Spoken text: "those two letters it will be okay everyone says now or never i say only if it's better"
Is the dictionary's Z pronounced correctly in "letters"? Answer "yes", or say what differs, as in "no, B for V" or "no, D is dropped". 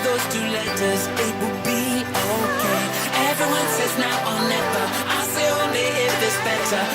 yes